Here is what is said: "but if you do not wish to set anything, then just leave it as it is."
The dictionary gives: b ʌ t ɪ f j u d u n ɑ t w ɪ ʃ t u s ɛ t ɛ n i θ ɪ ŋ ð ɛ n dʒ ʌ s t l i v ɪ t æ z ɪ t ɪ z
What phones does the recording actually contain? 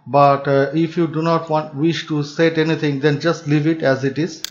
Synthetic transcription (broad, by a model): b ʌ t ɪ f j u d u n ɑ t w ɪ ʃ t u s ɛ t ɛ n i t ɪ ŋ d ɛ n dʒ ʌ s t l i v ɪ t æ z ɪ t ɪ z